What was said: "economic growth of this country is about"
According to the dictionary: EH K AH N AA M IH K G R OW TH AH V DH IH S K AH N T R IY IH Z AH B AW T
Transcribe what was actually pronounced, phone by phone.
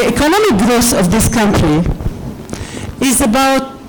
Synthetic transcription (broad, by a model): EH K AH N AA M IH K G R OW S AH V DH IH S K AH N T R IY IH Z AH B AW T